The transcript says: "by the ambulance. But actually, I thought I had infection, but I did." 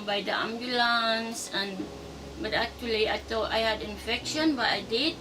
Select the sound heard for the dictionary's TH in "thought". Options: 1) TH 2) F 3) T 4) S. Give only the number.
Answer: 3